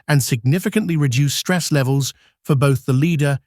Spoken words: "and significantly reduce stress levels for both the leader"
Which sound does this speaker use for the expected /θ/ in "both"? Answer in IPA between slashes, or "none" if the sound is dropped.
/θ/